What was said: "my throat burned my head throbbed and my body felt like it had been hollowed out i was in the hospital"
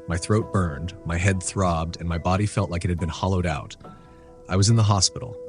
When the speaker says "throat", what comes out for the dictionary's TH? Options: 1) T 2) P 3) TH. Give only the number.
3